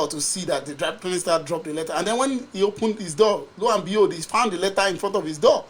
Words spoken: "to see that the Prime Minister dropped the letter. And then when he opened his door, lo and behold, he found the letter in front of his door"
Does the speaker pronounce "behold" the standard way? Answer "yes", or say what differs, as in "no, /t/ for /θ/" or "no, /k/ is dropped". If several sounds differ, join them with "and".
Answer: no, /l/ is dropped